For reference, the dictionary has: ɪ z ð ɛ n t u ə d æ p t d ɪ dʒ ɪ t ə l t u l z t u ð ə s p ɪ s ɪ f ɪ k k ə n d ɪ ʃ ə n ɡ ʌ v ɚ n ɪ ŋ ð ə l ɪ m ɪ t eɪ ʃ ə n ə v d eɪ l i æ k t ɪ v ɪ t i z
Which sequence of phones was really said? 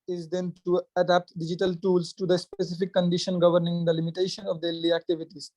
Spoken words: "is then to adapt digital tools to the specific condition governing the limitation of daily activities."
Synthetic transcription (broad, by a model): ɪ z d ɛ n t u ə d æ p t d ɪ dʒ ɪ t ə l t u l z t u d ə s p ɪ s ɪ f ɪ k k ə n d ɪ ʃ ə n ɡ ʌ v ɚ n ɪ ŋ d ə l ɪ m ɪ t eɪ ʃ ə n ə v d eɪ l i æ k t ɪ v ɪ t i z